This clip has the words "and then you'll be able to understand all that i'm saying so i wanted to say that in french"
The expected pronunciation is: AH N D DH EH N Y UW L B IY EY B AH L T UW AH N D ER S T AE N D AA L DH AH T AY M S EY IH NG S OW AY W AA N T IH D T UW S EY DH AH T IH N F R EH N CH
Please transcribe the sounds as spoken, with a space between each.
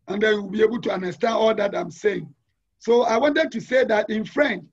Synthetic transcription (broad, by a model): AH N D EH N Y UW W B IY EY B AH L T UW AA N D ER S T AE N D AA L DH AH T AY M S EY IH NG S OW AY W AA N T IH D T UW S EY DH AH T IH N F R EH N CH